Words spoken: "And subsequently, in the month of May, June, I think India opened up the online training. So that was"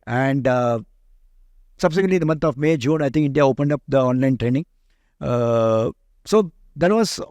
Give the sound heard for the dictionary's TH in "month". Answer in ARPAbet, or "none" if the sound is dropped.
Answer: T